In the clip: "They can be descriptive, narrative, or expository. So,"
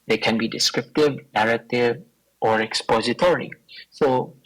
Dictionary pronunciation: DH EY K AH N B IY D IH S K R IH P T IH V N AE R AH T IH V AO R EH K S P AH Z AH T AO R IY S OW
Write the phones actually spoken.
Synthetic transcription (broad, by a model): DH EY K AH N B IY D IH S K R IH P T IH V N AE R AH T IH V AO R EH K S P AH Z AH T AO R IY S OW